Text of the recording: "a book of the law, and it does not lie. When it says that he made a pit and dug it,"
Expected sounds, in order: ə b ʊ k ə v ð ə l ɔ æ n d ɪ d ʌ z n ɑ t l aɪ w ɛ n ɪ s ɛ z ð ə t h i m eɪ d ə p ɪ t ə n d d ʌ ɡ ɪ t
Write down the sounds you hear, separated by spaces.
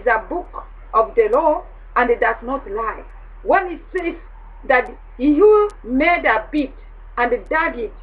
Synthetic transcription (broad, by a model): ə b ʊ k ə v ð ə l ɔ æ n d ɪ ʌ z n ɑ t l aɪ w ɛ n ɪ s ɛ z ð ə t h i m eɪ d ə b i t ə n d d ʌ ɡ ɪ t